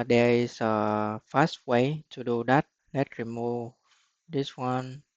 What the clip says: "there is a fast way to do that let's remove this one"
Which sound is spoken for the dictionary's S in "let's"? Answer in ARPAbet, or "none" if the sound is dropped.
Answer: none